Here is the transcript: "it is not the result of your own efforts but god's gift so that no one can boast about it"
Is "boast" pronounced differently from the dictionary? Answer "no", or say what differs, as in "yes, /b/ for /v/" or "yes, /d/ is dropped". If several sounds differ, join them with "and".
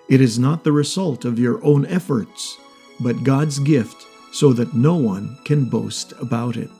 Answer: no